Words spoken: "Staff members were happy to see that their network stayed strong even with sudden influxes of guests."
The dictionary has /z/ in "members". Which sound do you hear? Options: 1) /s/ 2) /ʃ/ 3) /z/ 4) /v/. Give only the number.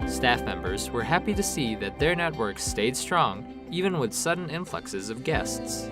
3